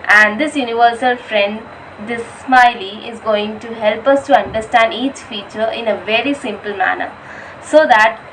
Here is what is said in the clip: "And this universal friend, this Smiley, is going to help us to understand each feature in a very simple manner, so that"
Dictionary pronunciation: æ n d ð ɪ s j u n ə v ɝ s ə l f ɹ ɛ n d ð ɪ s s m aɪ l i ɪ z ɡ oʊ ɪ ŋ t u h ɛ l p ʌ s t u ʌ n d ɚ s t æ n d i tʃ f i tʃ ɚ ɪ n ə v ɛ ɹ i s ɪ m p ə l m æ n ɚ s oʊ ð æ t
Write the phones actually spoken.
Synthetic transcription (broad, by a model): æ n d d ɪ s j u n ə v ɝ s ə l f ɹ ɛ n d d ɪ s s m aɪ l i ɪ z ɡ oʊ ɪ ŋ t u h ɛ l p ʌ s t u ʌ n d ɚ s t æ n d i tʃ f i tʃ ɚ ɪ n ə v ɛ ɹ i s ɪ m p ə l m æ n ɚ s oʊ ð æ t